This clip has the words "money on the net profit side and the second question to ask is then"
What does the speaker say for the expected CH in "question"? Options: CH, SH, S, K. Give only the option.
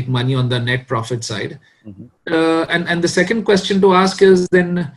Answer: CH